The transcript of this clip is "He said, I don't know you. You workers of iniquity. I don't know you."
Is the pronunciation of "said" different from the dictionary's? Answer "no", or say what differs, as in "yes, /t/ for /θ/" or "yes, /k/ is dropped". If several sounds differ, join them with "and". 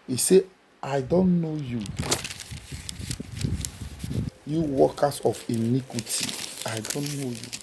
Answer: yes, /d/ is dropped